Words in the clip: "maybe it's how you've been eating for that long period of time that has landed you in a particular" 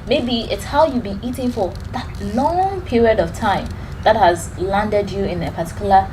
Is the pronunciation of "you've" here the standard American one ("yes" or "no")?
yes